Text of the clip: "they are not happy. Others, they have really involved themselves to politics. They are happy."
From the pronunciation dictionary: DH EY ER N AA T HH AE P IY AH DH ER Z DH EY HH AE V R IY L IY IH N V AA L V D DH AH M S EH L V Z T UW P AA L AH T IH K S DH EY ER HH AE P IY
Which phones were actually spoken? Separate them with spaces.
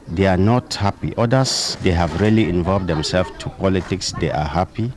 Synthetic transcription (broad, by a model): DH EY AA N AA T HH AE P IY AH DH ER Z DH EY HH AE V R IY L IY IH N V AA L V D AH M S EH L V T UW P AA L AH T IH K S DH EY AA HH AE P IY